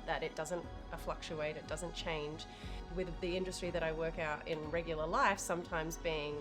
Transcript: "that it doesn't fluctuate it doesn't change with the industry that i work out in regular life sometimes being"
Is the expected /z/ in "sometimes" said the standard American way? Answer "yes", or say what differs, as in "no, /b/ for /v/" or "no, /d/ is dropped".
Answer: yes